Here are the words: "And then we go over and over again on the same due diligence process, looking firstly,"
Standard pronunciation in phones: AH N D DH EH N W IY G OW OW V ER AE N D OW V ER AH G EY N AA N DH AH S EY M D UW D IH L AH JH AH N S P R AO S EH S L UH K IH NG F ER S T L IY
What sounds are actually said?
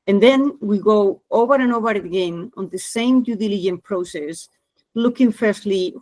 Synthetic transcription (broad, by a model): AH N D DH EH N W IY G OW OW V ER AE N OW V ER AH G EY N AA N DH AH S EY M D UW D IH L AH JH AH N P R AO S EH S L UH K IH NG F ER S T L IY